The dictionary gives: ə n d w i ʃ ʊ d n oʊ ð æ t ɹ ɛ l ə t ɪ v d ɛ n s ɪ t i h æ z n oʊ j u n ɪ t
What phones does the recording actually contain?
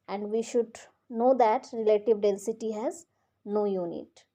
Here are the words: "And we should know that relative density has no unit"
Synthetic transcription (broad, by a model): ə n d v i ʃ ʊ d n oʊ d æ t ɹ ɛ l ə t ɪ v d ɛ l s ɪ t i h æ z n oʊ j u n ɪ t